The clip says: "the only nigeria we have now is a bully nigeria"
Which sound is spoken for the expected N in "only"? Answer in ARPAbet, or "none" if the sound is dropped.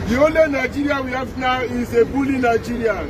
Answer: none